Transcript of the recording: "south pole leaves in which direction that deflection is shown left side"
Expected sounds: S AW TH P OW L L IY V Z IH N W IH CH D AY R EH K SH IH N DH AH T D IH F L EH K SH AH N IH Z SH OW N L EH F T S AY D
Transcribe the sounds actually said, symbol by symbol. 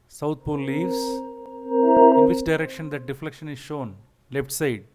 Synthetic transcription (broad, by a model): S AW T P OW L L IY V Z IH N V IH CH D AY R EH K SH IH N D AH T D IH F L EH K SH AH N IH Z SH OW N L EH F T S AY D